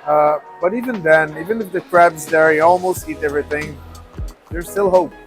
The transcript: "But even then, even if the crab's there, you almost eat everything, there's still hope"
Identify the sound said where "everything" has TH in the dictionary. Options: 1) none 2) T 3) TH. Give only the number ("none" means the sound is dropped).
3